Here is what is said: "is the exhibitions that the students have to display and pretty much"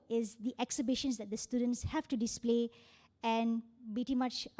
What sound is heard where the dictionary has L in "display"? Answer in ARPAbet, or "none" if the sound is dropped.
L